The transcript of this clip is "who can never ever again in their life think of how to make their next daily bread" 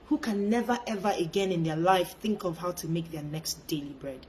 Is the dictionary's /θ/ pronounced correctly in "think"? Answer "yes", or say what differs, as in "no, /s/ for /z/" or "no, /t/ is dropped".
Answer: yes